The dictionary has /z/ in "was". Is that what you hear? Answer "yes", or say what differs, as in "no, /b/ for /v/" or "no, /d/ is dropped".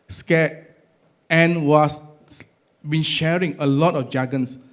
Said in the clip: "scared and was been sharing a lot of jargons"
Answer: no, /s/ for /z/